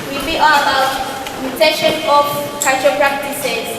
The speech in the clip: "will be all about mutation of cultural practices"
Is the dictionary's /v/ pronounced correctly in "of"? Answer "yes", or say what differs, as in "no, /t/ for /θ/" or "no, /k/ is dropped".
no, /f/ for /v/